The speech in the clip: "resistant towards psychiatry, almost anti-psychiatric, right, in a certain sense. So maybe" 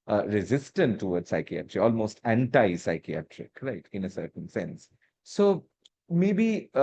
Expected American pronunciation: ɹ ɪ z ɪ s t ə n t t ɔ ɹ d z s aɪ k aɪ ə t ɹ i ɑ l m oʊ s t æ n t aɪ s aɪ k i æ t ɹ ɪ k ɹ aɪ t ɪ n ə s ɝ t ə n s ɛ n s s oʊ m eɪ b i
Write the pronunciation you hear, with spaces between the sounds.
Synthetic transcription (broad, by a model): ɹ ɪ z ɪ s t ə n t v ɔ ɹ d s aɪ k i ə t ɹ i ɑ l m oʊ s t æ n t aɪ s aɪ k i æ t ɹ ɪ k ɹ aɪ t ɪ n ə s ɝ t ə n s ɛ n s s oʊ m eɪ b i